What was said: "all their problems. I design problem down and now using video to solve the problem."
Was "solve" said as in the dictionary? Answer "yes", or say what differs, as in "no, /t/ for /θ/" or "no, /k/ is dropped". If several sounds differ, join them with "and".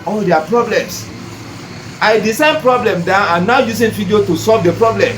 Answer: yes